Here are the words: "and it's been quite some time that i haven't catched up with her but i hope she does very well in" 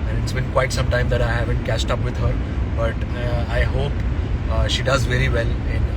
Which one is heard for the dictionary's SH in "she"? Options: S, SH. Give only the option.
SH